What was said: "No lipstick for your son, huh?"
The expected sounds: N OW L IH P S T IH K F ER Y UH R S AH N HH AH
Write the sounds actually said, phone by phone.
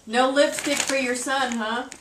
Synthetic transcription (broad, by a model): N OW L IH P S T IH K F ER Y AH R S AH N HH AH